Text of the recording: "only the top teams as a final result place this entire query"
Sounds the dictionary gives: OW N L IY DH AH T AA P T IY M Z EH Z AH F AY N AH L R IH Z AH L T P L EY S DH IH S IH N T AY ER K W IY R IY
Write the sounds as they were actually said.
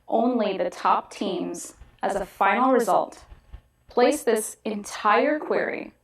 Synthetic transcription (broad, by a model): OW N L IY DH AH T AA P T IY M Z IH Z AH F AY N L R IH Z AH L T P L EY S DH IH S IH N T AY ER K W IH R IY